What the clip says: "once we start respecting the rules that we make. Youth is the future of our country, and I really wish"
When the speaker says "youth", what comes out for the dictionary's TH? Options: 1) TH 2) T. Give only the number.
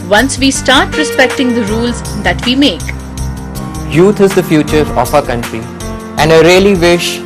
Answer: 2